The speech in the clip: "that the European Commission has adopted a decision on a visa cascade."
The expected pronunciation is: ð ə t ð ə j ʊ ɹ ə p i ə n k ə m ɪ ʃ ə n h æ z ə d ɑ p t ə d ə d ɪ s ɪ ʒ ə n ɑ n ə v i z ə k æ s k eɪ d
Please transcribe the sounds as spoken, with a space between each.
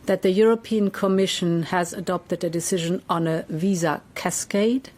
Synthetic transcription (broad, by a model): ð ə t ð ə j ʊ ɹ ə p i ə n k ə m ɪ ʃ ə n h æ z ə d ɑ p t ə d ə d ɪ s ɪ ʒ ə n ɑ n ə v i z ə k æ s k eɪ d